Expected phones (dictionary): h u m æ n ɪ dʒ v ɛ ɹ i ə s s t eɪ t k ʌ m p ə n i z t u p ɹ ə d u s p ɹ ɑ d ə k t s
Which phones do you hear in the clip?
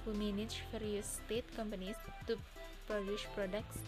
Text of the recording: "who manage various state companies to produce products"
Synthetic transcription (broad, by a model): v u m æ n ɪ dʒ f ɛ ɹ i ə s s t eɪ t k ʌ m p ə n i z t u p ɹ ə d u ʃ p ɹ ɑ d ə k t s